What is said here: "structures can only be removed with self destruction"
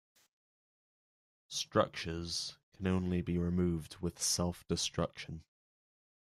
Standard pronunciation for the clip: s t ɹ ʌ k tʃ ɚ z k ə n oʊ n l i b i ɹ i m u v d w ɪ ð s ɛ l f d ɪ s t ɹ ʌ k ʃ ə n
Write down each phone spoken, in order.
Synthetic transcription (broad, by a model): s t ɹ ʌ k tʃ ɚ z k ə n oʊ n l i b i ɹ i m u v d w ɪ ð s ɛ l f d ɪ s t ɹ ʌ k ʃ ə n